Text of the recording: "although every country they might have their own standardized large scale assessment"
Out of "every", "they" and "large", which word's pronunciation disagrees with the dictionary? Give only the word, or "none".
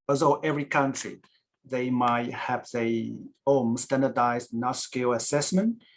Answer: large